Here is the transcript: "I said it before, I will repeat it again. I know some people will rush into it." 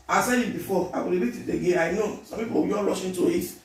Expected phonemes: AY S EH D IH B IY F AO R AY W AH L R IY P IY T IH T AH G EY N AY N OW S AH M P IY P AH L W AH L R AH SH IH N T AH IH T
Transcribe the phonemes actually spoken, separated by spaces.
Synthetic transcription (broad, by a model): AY S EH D IH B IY F AO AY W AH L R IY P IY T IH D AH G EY AY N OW S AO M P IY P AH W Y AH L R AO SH IH N T AH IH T